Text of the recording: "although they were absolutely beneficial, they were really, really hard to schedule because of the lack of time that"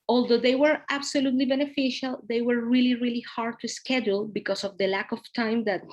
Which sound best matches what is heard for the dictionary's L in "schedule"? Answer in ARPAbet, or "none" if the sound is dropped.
L